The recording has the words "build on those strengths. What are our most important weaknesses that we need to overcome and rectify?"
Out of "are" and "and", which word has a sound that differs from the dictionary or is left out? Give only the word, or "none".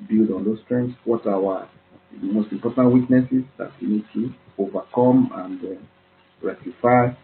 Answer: are